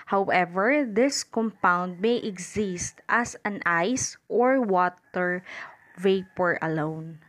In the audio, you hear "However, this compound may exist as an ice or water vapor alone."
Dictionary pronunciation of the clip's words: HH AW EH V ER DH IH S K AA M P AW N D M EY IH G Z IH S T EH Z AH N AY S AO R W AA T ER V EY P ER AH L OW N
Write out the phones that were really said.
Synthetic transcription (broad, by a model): HH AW EH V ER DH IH S K AA M P AW N D M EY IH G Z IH S T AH S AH N AY S AO R W AA T ER V EY P ER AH L OW N